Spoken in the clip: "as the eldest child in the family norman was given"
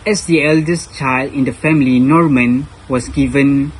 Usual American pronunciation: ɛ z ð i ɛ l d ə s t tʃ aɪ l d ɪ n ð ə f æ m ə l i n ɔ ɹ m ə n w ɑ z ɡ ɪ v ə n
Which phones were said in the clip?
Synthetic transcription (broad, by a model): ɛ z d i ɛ l d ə s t tʃ aɪ l d ɪ n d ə f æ m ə l i n ɔ ɹ m ə n w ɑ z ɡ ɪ v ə n